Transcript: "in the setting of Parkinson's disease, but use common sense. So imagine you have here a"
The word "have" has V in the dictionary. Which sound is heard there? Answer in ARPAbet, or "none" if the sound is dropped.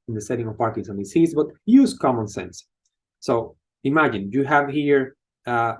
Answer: V